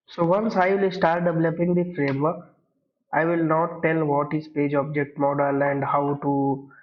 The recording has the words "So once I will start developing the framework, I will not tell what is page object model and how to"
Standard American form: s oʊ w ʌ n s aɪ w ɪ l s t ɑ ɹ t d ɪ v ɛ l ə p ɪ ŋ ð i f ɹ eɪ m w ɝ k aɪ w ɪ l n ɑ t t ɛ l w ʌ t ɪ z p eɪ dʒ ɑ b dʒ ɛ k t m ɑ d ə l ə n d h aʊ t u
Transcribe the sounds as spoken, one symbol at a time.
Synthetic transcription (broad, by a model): s oʊ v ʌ n s aɪ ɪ l s t ɑ ɹ t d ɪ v l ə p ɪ ŋ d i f ɹ eɪ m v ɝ k aɪ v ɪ l n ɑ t t ɛ l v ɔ t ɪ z p eɪ dʒ ɑ b dʒ ɛ k t m ɑ d ə l ə n d h aʊ t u